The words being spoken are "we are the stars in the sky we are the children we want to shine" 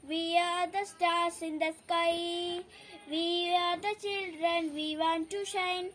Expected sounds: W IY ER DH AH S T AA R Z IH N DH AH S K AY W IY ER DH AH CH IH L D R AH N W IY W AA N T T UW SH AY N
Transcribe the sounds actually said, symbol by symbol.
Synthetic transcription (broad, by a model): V IY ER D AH S T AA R S IH N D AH S K AY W IY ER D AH CH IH L D R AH N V IY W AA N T T UW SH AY N